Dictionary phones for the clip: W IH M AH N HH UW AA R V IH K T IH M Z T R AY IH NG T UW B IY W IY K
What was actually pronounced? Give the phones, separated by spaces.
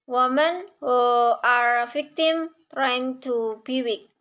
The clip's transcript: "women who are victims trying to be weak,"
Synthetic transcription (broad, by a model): W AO M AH N HH UW AA R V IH K T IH M T R AY IH NG T UW B IY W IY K